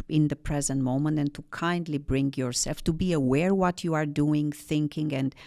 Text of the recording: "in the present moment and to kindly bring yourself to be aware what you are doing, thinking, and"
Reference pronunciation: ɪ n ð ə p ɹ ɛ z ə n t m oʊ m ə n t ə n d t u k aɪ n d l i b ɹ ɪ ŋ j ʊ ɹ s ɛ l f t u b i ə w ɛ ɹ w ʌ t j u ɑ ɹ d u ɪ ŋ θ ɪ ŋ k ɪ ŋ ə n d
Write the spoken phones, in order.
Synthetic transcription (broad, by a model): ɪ n ð ə p ɹ ɛ z ə n t m oʊ m ə n t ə n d t u k aɪ n d l i b ɹ ɪ ŋ j ʊ ɹ s ɛ l f t u b i ə w ɛ ɹ w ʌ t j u ɑ ɹ d u ɪ ŋ θ ɪ ŋ k ɪ ŋ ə n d